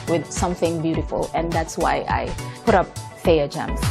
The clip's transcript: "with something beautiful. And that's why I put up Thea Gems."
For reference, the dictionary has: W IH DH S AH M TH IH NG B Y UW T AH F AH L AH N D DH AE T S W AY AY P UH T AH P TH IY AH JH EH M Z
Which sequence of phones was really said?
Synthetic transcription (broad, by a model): W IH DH S AH M TH IH NG B Y UW T AH F AH L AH N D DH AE T S W AY AY P UH T AH P F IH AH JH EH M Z